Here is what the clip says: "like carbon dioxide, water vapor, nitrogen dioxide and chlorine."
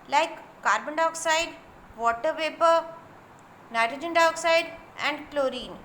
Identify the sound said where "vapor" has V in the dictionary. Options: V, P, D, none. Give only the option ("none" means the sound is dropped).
P